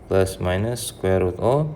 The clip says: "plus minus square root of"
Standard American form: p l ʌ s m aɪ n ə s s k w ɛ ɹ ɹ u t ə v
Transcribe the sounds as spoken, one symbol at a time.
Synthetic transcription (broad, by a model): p l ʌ s m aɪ n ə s s k w ɛ ɹ w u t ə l